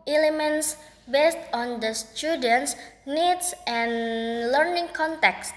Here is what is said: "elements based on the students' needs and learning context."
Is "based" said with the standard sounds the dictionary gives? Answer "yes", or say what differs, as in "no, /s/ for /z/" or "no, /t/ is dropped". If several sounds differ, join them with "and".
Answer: yes